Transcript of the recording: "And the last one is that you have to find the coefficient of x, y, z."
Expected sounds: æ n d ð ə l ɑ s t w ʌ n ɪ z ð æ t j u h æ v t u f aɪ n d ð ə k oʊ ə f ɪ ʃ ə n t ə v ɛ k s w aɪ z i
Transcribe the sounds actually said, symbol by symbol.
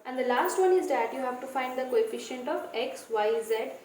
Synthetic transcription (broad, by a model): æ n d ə l ɑ s t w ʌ n ɪ z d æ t j u h æ v t u f aɪ n d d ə k oʊ ə f ɪ ʃ ə n t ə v ɛ k s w aɪ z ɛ